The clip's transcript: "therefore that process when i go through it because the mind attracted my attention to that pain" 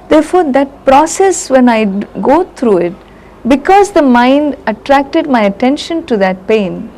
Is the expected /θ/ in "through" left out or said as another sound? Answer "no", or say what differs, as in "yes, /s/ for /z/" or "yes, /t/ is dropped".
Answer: yes, /t/ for /θ/